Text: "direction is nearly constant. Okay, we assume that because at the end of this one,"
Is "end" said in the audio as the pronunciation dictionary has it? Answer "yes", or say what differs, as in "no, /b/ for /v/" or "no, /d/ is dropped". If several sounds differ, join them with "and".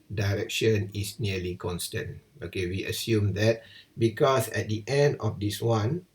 yes